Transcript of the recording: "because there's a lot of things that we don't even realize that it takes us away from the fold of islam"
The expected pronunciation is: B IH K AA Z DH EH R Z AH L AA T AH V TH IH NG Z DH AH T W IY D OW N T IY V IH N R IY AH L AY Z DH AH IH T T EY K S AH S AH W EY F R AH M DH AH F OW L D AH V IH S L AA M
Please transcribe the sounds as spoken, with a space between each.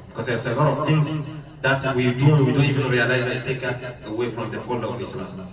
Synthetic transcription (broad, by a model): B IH K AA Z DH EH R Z AH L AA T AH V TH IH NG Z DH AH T W IY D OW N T IY V IH N R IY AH L AY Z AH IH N T EY K AH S AH W EY F R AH M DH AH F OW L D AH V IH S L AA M